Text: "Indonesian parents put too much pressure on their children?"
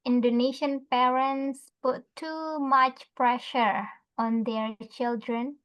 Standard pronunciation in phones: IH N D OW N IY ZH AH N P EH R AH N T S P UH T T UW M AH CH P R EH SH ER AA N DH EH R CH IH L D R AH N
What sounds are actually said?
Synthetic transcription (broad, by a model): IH N D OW N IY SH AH N P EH R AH N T S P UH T T UW M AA CH P R EH SH ER AA N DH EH R CH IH L D R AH N